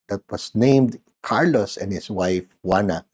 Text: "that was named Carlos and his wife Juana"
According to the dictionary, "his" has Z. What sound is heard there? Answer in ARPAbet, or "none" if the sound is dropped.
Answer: S